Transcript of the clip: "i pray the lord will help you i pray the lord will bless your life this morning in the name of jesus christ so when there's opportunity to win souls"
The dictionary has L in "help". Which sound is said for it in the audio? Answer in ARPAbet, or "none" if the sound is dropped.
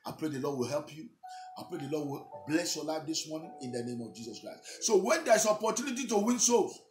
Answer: L